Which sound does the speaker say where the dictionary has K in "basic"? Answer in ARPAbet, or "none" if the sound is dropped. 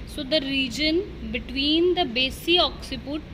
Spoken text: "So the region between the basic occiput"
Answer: none